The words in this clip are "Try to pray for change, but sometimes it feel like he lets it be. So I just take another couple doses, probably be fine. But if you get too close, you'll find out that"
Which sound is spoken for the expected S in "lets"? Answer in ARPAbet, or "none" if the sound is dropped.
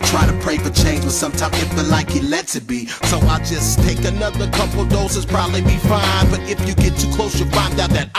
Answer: none